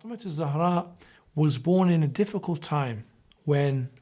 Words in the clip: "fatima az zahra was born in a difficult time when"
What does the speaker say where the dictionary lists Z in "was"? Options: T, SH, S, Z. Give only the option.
Z